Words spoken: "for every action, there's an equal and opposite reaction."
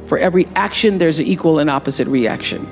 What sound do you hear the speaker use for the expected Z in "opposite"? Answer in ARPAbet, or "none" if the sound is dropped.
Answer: Z